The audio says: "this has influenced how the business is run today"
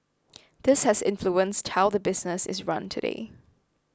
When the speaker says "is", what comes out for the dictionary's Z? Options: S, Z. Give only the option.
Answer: Z